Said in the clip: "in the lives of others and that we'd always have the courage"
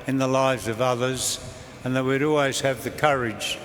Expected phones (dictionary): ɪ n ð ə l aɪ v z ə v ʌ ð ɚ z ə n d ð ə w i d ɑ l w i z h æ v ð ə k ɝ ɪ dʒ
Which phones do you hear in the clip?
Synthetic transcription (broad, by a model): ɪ n ð ə l aɪ v z ə v ʌ ð ɚ z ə n ð ə w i d ɑ l w i z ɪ v ð ə k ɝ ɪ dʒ